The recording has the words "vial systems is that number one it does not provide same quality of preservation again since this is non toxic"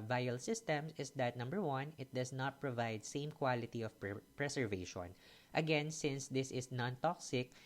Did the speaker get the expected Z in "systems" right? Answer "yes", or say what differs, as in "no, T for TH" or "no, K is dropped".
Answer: no, S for Z